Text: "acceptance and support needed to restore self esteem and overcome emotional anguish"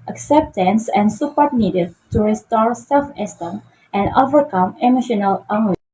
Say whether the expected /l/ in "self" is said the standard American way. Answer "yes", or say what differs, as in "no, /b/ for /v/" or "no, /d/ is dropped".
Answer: yes